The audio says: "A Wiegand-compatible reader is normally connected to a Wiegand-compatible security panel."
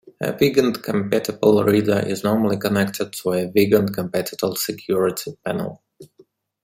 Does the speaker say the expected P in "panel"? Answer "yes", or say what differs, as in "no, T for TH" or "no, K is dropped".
yes